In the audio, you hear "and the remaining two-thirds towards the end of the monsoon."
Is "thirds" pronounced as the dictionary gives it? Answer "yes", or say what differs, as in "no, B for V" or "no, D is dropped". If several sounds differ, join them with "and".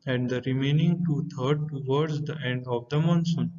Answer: no, T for TH and Z is dropped